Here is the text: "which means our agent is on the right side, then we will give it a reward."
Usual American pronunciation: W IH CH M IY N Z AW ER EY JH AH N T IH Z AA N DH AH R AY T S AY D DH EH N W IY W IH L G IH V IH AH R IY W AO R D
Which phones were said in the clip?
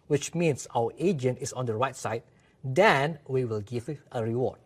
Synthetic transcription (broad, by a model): W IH CH M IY N S AW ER EY JH AH N T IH S AA N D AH R AY T S AY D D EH N W IY W IH L G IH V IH AH R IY W AO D